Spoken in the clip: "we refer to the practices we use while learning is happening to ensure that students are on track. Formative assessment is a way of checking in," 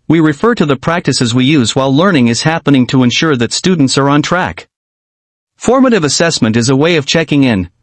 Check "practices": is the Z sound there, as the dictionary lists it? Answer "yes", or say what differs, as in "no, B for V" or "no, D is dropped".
yes